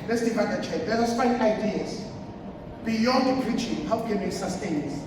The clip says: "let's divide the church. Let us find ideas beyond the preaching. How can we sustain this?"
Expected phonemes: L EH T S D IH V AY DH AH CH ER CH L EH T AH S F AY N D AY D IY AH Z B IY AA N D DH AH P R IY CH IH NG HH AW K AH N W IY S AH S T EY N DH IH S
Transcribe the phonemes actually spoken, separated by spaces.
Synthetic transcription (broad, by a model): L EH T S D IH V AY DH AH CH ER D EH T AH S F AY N AY D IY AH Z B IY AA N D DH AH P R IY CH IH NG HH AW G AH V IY S AH S T EY N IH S